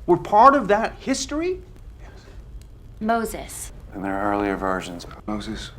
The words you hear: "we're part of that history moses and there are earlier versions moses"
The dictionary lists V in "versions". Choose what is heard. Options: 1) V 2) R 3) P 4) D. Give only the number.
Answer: 1